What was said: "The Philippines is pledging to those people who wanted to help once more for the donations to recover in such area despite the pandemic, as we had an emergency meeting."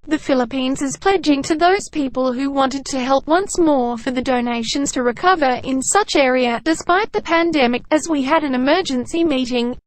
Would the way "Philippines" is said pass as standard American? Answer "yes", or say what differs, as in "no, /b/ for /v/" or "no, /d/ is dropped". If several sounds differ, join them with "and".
yes